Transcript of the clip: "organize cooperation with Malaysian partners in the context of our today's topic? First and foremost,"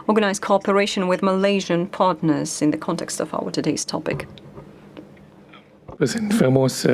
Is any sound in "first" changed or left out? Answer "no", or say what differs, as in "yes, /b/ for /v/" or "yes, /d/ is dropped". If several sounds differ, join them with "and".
yes, /t/ is dropped